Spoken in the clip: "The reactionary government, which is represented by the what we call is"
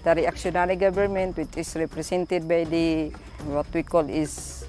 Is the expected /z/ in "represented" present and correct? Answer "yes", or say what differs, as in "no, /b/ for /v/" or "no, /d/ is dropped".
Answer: no, /s/ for /z/